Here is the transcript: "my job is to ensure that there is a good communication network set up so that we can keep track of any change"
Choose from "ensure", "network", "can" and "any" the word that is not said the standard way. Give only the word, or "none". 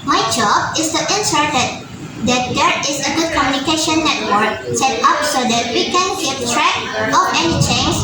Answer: ensure